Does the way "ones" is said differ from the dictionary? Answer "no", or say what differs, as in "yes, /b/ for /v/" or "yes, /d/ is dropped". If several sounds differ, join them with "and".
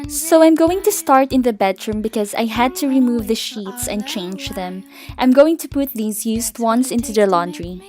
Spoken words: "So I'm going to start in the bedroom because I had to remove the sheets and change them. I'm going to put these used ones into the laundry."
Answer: yes, /s/ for /z/